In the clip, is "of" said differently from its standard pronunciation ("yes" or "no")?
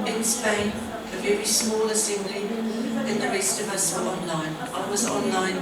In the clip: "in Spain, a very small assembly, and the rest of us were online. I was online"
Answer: no